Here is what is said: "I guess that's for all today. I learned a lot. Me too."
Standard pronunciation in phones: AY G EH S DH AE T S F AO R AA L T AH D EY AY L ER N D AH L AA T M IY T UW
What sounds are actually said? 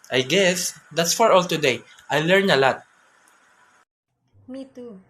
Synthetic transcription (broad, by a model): AY G EH S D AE T S F AO R AA L T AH D EY AY L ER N AH L AA T M IY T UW